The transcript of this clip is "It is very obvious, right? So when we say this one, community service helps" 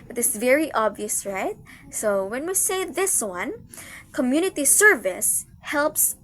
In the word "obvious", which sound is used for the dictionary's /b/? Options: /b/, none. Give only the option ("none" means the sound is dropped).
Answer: /b/